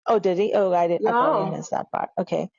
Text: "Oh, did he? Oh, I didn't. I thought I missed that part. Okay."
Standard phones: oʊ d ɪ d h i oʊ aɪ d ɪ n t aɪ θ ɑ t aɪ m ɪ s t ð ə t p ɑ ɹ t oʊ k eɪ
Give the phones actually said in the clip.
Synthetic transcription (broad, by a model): oʊ d ɪ d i oʊ aɪ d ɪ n aɪ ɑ ɪ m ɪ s ð ə t p ɑ ɹ t oʊ k eɪ